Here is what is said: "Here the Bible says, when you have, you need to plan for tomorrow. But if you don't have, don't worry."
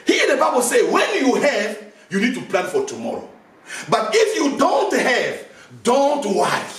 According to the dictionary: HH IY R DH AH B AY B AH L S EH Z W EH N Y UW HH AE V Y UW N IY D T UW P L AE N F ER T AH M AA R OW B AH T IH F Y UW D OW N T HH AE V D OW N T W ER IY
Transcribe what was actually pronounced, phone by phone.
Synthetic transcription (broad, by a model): HH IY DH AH B AY B AH L S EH W EH N Y UW HH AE V Y UW N IY D T UW P L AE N F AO T AH M AA R OW B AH T IH F Y UW D OW N T HH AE V D OW N T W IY